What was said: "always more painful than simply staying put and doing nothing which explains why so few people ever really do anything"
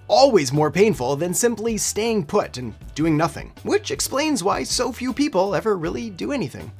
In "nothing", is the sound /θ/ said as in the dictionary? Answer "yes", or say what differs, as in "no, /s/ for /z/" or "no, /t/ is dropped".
yes